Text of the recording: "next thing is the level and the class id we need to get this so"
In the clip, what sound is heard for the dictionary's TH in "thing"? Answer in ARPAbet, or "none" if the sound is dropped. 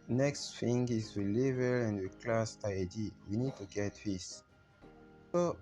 F